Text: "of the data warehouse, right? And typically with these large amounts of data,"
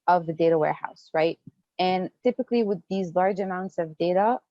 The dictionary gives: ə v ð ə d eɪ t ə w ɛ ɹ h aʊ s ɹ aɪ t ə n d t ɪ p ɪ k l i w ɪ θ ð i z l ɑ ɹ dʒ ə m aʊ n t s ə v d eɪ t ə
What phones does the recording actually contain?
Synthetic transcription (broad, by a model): ə v ð ə d eɪ t ə w ɛ ɹ h aʊ s ɹ aɪ t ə n t ɪ p ɪ k l i w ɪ ð i z l ɑ ɹ dʒ ə m aʊ n t s ə v d eɪ t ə